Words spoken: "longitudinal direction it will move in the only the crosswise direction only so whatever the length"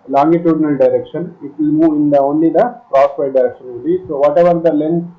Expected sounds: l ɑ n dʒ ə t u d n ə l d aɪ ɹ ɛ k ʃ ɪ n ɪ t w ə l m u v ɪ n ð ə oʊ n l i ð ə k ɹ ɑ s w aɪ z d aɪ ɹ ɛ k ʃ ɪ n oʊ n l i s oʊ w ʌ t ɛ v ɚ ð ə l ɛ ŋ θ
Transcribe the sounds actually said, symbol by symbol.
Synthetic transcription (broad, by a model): l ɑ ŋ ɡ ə t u d n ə l d aɪ ɹ ɛ k ʃ ɪ n ɪ t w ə l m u ɪ n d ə oʊ n l i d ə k ɹ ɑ s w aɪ d aɪ ɹ ɛ k ʃ ɪ n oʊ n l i s oʊ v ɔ t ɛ v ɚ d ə l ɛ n